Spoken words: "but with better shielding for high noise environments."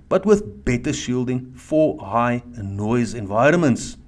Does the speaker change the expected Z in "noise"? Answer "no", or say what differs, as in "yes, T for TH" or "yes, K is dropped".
no